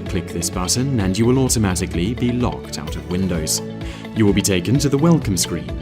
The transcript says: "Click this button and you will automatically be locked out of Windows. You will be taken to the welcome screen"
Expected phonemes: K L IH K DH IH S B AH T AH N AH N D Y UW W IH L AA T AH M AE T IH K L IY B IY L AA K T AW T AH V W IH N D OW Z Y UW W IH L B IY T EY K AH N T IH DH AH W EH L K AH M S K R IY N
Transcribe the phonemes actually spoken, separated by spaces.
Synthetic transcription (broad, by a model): K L IH K DH IH S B AH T N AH N Y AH W IH L AA T AH M AE T IH K L IY B IY L AA K T AW T AH V W IH N D OW Z Y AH W IH L B IY T EY K AH N T IH DH AH W EH L K AH M S K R IY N